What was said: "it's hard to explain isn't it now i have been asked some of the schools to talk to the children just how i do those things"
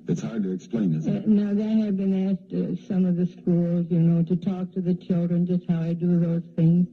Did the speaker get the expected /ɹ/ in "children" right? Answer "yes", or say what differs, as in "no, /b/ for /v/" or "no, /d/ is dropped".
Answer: yes